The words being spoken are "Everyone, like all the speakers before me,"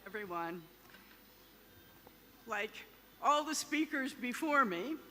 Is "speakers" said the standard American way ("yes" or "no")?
yes